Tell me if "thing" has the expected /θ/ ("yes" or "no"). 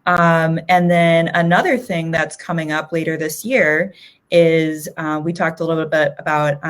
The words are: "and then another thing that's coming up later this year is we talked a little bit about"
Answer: yes